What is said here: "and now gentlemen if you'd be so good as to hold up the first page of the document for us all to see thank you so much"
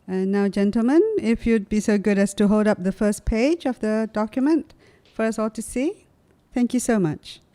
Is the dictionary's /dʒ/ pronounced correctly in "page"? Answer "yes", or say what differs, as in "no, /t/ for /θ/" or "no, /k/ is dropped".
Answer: yes